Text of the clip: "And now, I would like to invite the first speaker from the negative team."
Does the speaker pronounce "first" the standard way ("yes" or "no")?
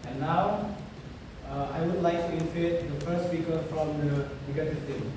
no